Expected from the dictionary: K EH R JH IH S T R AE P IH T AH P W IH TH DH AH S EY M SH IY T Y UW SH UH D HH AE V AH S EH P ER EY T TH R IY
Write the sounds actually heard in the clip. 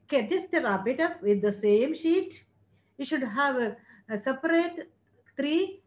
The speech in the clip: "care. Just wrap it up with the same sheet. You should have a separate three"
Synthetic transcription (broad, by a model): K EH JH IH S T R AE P IH T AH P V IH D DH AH S EY M SH IY T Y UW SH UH D HH AE V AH S EH P ER EY T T R IY